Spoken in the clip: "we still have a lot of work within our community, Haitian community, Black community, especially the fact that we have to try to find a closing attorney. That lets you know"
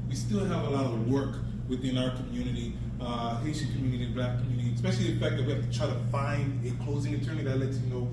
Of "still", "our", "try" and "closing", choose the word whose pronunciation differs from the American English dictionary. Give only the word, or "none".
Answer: none